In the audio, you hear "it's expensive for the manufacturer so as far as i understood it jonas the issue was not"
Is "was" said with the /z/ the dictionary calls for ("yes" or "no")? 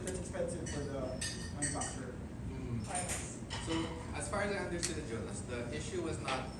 yes